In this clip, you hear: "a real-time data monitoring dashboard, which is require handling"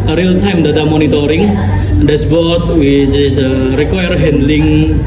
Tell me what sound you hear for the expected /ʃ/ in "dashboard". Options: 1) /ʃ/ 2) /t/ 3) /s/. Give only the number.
3